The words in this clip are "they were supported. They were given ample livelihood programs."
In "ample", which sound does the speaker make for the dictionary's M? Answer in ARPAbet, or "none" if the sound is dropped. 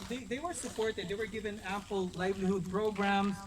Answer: none